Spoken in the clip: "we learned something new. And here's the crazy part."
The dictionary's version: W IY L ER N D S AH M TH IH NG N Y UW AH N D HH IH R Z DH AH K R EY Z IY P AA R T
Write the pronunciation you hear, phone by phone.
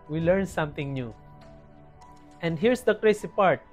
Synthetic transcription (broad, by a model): W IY L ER N S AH M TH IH NG N Y UW AH N D HH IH R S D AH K R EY S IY P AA R T